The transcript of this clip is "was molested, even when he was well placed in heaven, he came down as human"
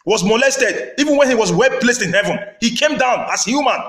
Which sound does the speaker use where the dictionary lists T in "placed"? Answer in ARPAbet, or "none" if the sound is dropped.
T